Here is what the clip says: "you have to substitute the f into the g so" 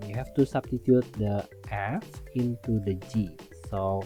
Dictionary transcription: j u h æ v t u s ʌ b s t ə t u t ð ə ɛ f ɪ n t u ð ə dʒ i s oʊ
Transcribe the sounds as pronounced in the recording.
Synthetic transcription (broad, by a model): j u h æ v t u s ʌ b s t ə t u t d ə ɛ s ɪ n t u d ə dʒ i s oʊ